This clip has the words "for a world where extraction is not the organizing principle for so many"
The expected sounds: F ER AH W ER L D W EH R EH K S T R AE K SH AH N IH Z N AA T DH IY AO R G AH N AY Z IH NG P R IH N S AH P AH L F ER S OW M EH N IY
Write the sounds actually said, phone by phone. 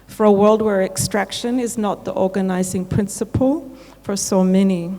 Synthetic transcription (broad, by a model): F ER AH W ER L D W EH R EH K S T R AE K SH AH N IH Z N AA T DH IY AO R G AH N AY Z IH NG P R IH N S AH P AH L F ER S OW M EH N IY